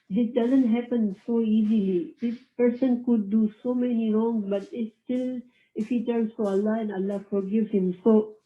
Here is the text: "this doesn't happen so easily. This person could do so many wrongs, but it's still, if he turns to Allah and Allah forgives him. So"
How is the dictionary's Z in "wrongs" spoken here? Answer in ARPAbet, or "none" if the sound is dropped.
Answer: none